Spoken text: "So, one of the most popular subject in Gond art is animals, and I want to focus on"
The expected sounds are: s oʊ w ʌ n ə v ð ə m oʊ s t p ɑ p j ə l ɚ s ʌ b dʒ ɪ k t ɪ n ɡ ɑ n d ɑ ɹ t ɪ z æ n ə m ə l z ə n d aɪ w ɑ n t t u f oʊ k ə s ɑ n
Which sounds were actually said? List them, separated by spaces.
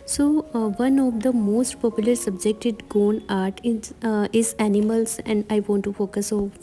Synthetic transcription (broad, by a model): s oʊ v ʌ n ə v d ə m oʊ s t p ɑ p j ə l ɚ s ʌ b dʒ ɪ k t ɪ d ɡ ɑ n ɑ ɹ t ɪ z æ n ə m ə l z ə n d aɪ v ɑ n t t u f oʊ k ə s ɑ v